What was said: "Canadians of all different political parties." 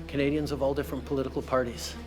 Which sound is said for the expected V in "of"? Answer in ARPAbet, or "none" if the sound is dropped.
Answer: V